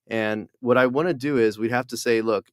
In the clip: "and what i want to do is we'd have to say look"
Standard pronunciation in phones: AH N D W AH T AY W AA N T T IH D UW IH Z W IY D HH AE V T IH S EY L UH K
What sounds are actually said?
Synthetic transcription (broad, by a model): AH N W AH T AY W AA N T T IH D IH IH Z W IY D HH AE F T IH S EY L UH K